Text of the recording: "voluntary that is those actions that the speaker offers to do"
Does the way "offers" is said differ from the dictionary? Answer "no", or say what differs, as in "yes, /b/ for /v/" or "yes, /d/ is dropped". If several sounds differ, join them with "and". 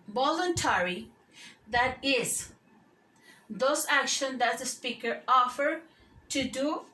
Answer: yes, /z/ is dropped